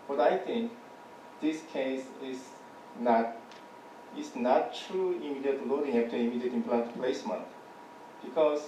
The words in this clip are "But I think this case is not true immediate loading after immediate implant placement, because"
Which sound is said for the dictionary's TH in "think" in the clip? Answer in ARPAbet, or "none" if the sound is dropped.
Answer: T